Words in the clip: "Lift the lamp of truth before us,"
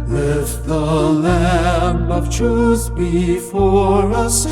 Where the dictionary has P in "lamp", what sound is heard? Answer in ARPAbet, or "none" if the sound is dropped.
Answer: none